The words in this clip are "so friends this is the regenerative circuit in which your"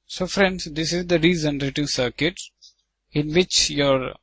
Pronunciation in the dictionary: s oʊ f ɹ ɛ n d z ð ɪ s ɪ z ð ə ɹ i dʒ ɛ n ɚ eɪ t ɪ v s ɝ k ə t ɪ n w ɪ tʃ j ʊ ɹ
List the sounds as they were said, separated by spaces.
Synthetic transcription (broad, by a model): s oʊ f ɹ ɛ n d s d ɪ s ɪ z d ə ɹ i z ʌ n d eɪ t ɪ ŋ s ɝ k ə t ɪ n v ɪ tʃ j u ɹ